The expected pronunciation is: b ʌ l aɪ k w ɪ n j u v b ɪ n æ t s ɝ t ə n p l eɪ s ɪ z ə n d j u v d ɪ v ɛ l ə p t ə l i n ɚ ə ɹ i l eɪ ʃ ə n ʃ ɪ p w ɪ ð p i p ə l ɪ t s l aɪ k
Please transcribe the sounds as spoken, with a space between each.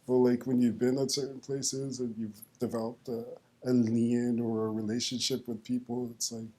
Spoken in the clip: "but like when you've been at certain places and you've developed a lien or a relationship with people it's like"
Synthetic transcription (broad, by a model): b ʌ l aɪ k w ɪ n j u v b ɪ n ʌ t s ɝ t n p l eɪ s ɪ z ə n j u v d ɪ v ɛ l ə p t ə l i n ɚ ə ɹ i l eɪ ʃ ə n ʃ ɪ p w ɪ ð p i p l ɪ t s l aɪ k